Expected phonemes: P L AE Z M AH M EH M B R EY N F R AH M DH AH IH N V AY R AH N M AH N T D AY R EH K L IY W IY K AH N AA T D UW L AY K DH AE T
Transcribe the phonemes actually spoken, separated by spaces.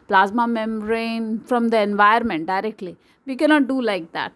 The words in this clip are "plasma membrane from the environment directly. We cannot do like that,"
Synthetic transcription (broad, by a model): P L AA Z M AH M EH M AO R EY N F R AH M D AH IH N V AY AH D M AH N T D AY R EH K L IY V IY K AH N AA T D UW L AY K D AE T